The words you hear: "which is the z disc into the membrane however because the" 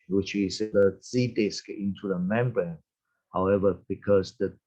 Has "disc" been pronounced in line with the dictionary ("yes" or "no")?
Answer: yes